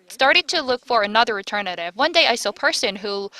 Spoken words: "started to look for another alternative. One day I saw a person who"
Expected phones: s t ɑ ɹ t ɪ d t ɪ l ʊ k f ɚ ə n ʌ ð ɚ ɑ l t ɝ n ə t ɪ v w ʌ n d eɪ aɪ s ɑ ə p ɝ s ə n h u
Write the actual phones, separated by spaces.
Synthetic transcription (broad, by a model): s t ɑ ɹ t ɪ d t ɪ l ʊ k f ɚ ə n ʌ ð ɚ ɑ t ɝ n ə t ɪ v w ʌ n d eɪ aɪ s ɑ p ɝ s ə n h u